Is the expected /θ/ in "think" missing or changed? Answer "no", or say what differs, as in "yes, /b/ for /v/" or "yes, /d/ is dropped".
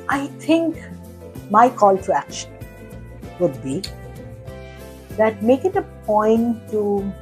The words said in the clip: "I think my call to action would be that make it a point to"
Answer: yes, /t/ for /θ/